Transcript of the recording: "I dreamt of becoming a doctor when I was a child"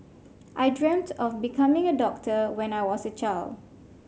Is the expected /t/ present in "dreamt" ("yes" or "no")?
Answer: yes